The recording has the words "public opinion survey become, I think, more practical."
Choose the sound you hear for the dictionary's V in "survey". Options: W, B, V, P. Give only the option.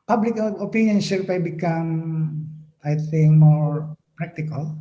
P